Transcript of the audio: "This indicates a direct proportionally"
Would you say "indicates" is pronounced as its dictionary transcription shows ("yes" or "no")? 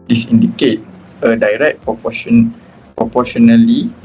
no